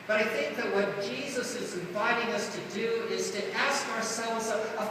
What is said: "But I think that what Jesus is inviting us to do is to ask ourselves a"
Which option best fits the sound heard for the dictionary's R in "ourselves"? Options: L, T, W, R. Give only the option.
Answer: R